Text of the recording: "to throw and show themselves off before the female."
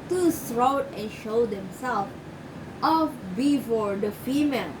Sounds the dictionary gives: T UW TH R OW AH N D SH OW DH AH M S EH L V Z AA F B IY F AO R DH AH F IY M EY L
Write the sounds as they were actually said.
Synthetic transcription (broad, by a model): T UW S R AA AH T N SH OW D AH M S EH L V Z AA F B IY F AO R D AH F IY M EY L